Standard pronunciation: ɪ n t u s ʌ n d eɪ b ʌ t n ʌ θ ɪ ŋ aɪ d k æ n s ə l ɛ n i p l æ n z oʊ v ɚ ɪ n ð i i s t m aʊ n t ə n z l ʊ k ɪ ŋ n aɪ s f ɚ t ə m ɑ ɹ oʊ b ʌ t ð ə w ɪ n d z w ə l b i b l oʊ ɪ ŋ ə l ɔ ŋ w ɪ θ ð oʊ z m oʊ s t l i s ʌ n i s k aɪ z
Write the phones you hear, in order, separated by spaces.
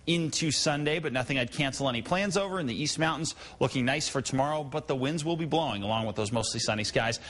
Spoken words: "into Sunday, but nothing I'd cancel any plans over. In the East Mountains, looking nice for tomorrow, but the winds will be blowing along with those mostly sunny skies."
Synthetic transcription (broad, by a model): ɪ n t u s ʌ n d eɪ b ʌ t n ʌ θ ɪ ŋ aɪ d k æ n s l ɛ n i p l æ n z oʊ v ɚ ɪ n ð i i s t m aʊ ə n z l ʊ k ɪ ŋ n aɪ s f ɚ t ə m ɑ ɹ oʊ b ʌ t ð ə w ɪ n d z w ə l b i b l oʊ ɪ ŋ ə l ɔ ŋ w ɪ ð oʊ z m oʊ s t l i s ʌ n i s k aɪ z